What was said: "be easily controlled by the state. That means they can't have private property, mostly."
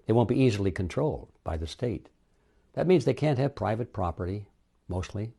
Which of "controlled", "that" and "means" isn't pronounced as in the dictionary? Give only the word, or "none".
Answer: none